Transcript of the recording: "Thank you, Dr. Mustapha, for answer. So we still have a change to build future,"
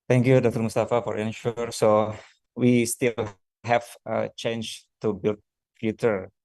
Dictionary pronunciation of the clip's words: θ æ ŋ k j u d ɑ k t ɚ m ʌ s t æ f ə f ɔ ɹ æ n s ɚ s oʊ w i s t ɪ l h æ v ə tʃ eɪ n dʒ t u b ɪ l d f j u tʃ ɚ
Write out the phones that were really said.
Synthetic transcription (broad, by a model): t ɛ ŋ k j u d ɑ k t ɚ m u s t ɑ f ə f ɔ ɹ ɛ n ʃ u s oʊ w i s t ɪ l h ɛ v ə tʃ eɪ n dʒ t u b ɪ l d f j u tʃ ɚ